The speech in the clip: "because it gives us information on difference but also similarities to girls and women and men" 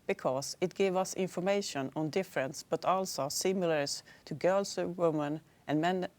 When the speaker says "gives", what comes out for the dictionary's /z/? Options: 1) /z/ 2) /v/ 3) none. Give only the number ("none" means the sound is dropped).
3